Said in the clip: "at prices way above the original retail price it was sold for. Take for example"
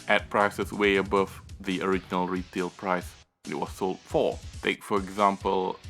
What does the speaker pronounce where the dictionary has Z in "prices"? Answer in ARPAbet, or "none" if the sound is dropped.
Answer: S